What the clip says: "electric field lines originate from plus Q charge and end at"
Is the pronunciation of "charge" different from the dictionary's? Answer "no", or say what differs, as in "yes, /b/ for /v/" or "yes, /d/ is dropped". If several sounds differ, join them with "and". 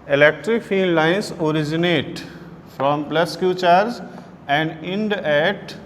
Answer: yes, /z/ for /dʒ/